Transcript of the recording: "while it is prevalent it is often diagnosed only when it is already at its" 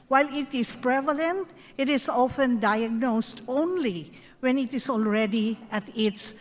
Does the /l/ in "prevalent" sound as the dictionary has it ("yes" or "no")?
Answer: yes